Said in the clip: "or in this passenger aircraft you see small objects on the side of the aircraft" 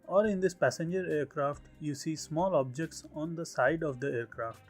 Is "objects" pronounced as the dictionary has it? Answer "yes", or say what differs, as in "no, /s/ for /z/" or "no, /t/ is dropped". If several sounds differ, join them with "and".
yes